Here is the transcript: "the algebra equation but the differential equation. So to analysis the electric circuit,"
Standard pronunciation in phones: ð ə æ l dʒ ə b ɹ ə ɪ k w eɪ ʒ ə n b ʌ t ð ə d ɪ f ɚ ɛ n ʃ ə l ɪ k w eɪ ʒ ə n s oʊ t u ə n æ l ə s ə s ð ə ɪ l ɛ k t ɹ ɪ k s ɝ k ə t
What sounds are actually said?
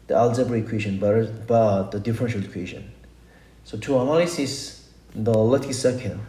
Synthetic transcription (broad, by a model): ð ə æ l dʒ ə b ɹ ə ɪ k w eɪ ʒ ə n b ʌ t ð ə d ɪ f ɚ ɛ n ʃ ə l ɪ k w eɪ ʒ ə n s oʊ t u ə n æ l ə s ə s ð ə l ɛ t ɪ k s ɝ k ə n